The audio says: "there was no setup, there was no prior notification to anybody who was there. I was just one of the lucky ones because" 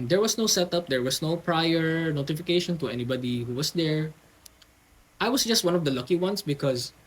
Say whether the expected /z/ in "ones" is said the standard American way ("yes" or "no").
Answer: no